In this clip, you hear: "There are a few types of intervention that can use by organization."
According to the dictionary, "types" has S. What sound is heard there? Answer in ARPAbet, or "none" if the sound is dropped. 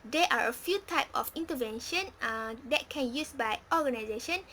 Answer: none